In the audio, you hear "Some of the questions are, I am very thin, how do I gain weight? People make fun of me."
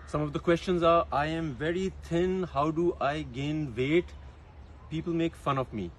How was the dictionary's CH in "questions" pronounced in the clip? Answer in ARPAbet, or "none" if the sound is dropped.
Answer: CH